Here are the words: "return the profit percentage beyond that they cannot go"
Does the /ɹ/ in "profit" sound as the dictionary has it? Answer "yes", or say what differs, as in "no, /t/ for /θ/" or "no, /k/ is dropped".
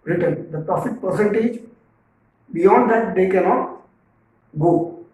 no, /l/ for /ɹ/